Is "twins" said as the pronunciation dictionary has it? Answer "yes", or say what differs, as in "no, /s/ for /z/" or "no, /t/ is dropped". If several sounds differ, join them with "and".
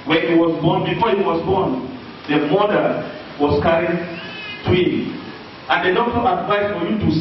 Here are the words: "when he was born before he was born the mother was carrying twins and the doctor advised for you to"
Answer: no, /z/ is dropped